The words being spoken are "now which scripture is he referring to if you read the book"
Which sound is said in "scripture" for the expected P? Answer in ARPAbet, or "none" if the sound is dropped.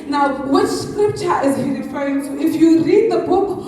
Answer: P